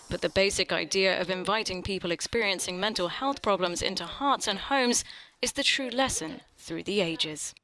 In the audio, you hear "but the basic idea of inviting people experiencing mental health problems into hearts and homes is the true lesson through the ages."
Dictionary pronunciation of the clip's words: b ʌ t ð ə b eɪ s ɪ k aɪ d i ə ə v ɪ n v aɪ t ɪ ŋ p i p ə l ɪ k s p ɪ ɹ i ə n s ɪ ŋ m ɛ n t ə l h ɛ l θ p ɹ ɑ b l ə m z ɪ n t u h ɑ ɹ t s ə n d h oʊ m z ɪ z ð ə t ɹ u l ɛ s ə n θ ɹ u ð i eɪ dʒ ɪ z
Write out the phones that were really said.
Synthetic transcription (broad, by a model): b ʌ t ð ə b eɪ s ɪ k aɪ d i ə ə v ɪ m v aɪ t ɪ ŋ p i p ə l ɪ k s p ɪ ɹ i ə n s ɪ ŋ m ɛ n t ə l h ɛ l θ p ɹ ɑ b l ə m z ɪ n t u h ɑ ɹ t s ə n h oʊ m z ɪ z ð ə t ɹ u l ɛ s ə n θ ɹ u ð i eɪ dʒ ɪ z